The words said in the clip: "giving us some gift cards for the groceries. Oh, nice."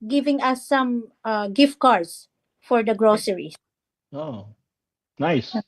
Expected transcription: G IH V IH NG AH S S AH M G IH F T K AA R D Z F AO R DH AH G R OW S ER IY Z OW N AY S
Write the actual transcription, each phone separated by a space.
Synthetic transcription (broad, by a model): G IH V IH NG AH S S AH M G IH F T K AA R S F AO R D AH G R OW S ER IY OW N AY S